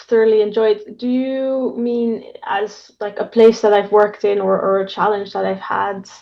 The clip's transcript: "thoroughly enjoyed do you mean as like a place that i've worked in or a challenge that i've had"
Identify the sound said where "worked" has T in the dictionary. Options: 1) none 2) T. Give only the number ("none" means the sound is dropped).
2